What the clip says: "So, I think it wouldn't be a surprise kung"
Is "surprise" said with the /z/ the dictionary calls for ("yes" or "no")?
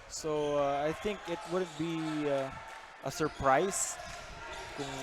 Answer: no